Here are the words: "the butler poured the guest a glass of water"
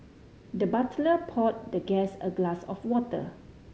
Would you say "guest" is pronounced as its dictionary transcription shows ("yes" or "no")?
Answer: no